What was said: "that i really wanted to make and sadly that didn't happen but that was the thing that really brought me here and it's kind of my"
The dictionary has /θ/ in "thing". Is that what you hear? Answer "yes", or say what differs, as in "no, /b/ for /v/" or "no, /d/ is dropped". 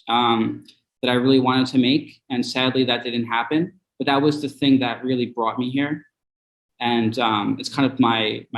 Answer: yes